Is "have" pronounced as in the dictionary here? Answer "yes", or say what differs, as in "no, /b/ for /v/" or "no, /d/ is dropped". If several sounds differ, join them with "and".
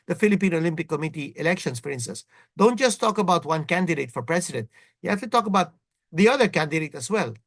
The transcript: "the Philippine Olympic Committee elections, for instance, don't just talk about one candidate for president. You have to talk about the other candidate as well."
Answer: no, /f/ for /v/